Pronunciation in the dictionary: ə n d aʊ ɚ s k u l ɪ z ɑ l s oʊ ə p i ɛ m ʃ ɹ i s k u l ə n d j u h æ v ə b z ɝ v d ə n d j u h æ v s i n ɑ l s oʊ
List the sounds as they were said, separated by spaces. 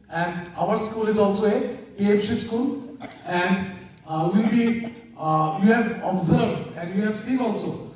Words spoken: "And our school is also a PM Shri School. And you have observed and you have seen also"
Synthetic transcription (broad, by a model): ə n d aʊ ɚ s k u l ɪ z ɑ l s oʊ ə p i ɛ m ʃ i s k u l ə n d j u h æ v ə b z ɝ v d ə n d j u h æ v s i ɑ l s oʊ